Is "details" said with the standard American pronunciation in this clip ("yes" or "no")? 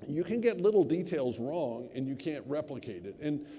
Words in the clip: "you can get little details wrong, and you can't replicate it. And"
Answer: yes